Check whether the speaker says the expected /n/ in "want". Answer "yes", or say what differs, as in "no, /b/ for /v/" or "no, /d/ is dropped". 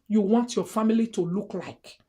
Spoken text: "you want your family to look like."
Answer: yes